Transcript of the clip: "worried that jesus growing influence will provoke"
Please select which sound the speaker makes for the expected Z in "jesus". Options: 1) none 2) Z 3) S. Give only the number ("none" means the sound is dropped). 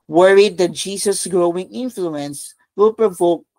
3